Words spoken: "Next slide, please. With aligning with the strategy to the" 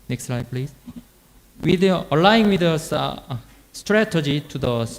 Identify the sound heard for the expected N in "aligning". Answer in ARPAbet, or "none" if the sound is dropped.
none